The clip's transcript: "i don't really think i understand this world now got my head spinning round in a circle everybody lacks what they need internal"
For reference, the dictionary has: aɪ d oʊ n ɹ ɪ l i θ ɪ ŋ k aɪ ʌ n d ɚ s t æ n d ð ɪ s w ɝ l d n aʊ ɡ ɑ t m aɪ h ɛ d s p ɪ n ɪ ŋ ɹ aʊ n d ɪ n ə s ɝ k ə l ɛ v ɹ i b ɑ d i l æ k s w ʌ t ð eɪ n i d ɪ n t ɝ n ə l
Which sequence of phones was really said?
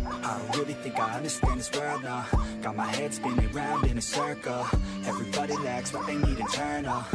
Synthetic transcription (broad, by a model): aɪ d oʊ ɹ ɪ l i θ ɪ ŋ k aɪ ʌ n d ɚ s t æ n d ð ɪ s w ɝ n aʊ ɡ ɑ t m aɪ h ɛ d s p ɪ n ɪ ɹ aʊ n d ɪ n ə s ɝ k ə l ɛ v ɹ i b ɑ d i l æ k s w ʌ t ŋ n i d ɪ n t ɝ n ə